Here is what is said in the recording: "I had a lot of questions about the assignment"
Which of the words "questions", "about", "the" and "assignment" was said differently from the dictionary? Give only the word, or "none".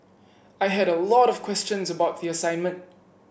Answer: none